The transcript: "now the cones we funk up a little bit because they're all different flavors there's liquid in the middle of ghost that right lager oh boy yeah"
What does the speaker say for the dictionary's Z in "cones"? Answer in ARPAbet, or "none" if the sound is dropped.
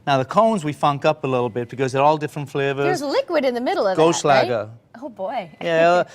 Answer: Z